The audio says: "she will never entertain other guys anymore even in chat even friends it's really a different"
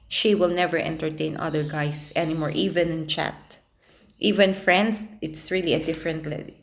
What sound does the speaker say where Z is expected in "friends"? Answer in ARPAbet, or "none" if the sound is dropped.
S